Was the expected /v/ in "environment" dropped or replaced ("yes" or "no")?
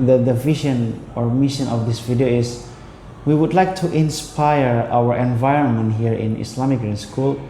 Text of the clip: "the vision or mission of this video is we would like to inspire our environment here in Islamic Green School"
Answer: no